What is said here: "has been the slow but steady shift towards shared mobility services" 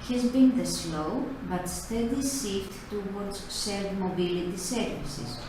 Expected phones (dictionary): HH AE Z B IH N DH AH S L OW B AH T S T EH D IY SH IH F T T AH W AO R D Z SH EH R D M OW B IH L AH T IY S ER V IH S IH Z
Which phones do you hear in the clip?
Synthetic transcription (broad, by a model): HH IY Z B IH N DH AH S L OW B AH T S T EH D IY S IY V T T AH W AO R D Z S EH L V M OW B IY L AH T IY S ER V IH S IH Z